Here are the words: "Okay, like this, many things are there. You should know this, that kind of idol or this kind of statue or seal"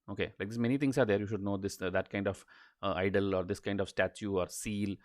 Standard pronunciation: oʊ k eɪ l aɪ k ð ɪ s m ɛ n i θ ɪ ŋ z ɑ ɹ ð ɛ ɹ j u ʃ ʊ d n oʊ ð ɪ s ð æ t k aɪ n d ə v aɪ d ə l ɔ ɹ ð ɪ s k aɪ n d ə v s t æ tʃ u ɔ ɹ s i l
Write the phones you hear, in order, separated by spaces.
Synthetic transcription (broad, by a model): oʊ k eɪ l aɪ k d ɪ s m ɛ n i t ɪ ŋ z ɑ ɹ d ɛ ɹ j u ʃ ʊ d n oʊ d ɪ s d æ t k aɪ n d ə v aɪ d ə l ɔ ɹ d ɪ s k aɪ n d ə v s t æ tʃ u ɔ ɹ s i l